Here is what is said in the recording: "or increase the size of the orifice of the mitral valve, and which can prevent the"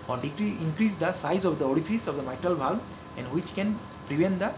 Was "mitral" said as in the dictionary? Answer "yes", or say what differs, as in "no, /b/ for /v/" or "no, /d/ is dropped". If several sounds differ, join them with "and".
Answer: yes